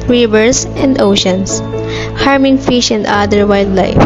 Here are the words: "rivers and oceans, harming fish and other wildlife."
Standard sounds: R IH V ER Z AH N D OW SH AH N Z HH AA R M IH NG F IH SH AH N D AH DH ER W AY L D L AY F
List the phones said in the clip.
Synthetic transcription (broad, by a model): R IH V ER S AH N D OW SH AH N S HH AA R M IH NG F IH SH AH N D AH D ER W AY L D L AY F